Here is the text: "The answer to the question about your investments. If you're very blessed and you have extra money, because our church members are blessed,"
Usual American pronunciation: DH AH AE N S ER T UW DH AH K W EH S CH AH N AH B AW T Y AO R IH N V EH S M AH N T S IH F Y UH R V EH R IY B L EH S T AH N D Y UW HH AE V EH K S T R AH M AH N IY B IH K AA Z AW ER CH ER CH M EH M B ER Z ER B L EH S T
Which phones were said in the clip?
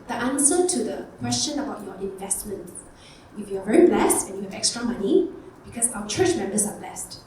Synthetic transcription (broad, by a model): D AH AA N S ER T UW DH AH K W EH S CH AH N AH B AW T Y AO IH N V EH S M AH N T IH F Y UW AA V EH R IY B L EH S T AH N Y UW HH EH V EH K S T R AH M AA N IY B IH K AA S AW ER CH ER CH M EH M B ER S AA B L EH S T